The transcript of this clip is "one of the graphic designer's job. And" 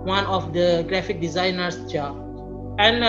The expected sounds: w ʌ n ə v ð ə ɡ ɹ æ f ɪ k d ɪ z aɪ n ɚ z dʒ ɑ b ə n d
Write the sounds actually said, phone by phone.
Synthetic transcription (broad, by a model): w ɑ n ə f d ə ɡ ɹ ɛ f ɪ k d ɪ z aɪ n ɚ s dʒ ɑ ə n